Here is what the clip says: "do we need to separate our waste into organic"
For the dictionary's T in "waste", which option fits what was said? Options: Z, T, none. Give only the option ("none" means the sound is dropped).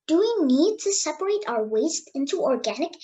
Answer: T